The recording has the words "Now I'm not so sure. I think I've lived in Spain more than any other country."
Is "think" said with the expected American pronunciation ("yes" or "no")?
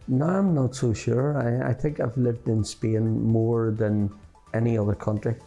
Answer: yes